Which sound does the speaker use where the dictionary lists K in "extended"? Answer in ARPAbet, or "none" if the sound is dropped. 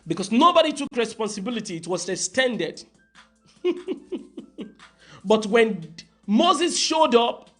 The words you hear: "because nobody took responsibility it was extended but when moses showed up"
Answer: none